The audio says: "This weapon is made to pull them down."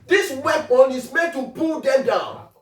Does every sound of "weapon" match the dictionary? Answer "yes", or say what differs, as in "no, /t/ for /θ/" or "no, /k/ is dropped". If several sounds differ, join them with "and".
no, /b/ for /p/